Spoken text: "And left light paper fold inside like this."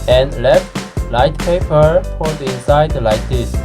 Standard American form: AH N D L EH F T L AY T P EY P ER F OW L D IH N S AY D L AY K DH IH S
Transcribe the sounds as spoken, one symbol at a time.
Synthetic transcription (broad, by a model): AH N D L EH F T L AY T P EY P ER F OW D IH S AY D L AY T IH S